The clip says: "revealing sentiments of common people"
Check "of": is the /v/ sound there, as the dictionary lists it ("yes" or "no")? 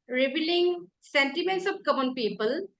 no